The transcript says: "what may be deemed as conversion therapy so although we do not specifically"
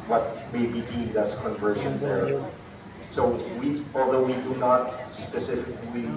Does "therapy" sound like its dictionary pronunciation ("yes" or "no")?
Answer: no